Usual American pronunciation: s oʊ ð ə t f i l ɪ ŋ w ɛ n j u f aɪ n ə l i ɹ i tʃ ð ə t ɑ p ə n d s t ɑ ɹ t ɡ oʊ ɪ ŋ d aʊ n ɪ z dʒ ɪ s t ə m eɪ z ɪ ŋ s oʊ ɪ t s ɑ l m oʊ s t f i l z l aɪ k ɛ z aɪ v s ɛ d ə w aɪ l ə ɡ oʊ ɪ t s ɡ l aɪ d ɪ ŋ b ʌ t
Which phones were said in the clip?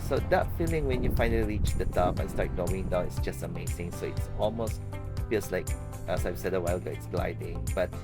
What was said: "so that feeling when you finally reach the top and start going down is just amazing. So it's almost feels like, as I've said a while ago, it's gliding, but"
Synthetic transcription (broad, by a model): s oʊ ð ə t f i l ɪ ŋ w ɛ n j u f aɪ n ə l i ɹ i tʃ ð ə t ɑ f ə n s t ɑ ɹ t ɡ oʊ ɪ ŋ d aʊ n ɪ s dʒ ɪ s t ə m eɪ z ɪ ŋ s oʊ ɪ t s ɑ l m oʊ s t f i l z l aɪ k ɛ s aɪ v s ɛ d ə w aɪ l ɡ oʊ ɪ t s ɡ l aɪ d ɪ ŋ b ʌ t